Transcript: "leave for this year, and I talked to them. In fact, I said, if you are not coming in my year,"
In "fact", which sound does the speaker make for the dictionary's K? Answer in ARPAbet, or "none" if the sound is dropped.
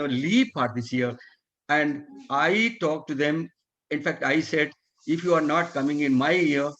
K